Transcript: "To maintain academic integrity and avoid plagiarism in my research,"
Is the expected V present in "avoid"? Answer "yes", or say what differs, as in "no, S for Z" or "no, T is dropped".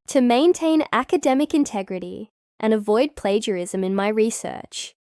yes